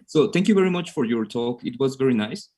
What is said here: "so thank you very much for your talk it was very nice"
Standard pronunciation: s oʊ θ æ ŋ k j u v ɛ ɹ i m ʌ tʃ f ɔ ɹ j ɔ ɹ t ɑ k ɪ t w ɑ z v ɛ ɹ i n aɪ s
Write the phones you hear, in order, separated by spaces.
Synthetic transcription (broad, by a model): s oʊ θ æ ŋ k j u v ɛ ɹ i m ʌ tʃ f ɔ ɹ j ɔ ɹ t ɑ k ɪ t w ɑ z v ɛ ɹ i n aɪ s